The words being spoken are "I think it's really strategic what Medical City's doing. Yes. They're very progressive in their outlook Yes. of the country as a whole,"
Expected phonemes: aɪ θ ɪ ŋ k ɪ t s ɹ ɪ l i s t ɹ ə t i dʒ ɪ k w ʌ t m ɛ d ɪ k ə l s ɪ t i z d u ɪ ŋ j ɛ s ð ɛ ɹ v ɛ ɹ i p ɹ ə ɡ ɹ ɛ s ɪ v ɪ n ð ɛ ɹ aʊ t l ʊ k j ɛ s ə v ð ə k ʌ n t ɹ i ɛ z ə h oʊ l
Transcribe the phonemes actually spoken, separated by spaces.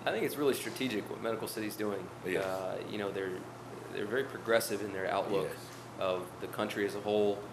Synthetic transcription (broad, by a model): aɪ θ ɪ ŋ k ɪ t s ɹ ɪ l i s t ɹ ə t i dʒ ɪ k w ʌ t m ɛ d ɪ k l s ɪ t i z d u ɪ ŋ j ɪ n ð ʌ ɹ v ɛ ɹ i p ɹ ə ɡ ɹ ɛ s ɪ v ɪ n ð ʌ ɹ aʊ t l ʊ k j ə v ð ə k ʌ n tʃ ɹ i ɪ z ə h oʊ l